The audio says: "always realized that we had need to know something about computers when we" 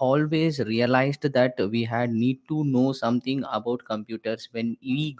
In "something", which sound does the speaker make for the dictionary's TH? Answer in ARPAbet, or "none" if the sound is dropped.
T